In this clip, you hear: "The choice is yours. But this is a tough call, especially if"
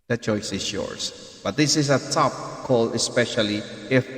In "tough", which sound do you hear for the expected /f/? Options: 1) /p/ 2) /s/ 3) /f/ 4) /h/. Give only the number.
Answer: 1